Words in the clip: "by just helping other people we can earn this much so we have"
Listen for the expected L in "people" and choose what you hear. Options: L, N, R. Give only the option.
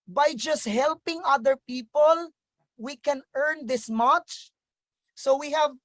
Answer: L